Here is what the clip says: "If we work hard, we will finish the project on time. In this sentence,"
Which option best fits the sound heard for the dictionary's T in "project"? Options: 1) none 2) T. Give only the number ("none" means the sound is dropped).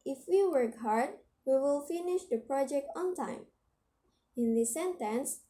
2